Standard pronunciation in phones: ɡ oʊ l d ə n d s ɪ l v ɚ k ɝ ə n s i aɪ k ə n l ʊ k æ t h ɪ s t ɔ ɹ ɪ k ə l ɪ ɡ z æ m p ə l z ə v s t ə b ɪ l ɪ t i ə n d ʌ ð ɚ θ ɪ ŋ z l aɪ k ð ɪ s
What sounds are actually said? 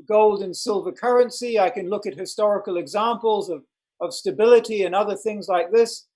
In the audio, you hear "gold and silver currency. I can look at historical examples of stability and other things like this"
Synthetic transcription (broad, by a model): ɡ oʊ l d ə n s ɪ l v ɚ k ɝ ə n s i aɪ k ə n l ʊ k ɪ t h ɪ s t ɔ ɹ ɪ k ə l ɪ ɡ z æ m p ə l z ə v s t ə b ɪ l ɪ t i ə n ʌ ð ɚ θ ɪ ŋ z l aɪ k ð ɪ s